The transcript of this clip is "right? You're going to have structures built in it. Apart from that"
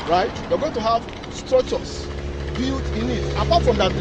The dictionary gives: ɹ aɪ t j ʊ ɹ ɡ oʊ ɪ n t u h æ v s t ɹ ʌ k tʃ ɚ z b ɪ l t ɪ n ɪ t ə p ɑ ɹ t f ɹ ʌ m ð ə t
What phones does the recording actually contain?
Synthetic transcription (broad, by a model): ɹ aɪ t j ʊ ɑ ɡ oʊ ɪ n t u h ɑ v s t ɹ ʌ k tʃ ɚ s b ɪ l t ɪ n ɪ t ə p ɑ t f ɹ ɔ m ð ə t